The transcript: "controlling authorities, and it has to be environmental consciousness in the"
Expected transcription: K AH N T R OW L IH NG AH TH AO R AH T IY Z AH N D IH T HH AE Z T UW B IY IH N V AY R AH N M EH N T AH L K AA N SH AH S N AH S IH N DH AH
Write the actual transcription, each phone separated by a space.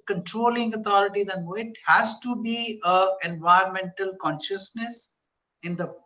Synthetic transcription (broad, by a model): K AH N T R OW L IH NG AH T AO R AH T IY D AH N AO IH T HH AE Z T UW B IY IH N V AY AH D M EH N T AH L K AA N SH AH S N AH S IH N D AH